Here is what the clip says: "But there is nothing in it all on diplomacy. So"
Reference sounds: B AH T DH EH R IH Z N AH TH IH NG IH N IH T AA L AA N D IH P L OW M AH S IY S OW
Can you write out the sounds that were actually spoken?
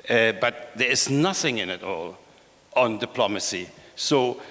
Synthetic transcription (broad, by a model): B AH T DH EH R IH Z N AH TH IH NG IH N IH T AA L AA N D IH P L OW M AH S IY S OW